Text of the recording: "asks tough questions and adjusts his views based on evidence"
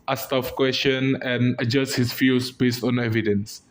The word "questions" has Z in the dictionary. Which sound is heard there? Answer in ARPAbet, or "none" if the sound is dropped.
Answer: none